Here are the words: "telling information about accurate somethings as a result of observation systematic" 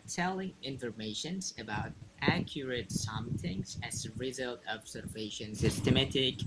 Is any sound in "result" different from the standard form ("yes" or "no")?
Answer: no